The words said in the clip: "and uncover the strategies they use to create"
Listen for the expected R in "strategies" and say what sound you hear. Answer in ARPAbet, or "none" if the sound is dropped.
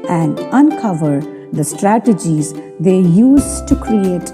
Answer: R